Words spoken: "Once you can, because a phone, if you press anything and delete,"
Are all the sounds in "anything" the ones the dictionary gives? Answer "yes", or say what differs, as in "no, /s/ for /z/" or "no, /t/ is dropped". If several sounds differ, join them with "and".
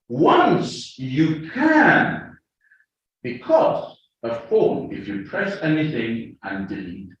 yes